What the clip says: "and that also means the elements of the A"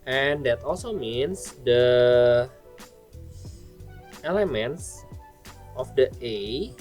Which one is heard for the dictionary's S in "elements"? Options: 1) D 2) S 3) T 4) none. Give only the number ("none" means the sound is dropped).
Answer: 2